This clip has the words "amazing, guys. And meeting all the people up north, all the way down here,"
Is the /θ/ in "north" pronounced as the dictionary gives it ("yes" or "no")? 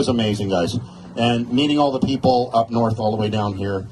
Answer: yes